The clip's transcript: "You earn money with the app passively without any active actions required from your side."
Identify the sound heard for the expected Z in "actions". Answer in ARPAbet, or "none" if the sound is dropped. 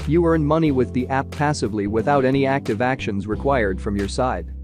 Z